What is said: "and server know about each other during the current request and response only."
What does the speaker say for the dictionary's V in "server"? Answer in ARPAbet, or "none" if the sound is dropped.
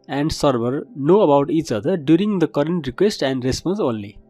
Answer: B